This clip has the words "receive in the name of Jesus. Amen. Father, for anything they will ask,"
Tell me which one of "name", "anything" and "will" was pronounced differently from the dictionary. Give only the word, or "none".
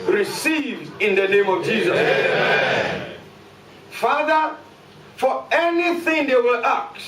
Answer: none